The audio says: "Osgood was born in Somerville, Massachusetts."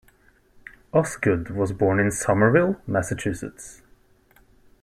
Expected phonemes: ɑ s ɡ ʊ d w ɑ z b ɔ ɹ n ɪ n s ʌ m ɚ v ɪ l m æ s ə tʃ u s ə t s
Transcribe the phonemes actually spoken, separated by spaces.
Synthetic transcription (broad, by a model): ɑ s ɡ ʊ d w ɑ z b ɔ ɹ n ɪ n s ʌ m ɚ v ɪ l m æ s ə tʃ u s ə t s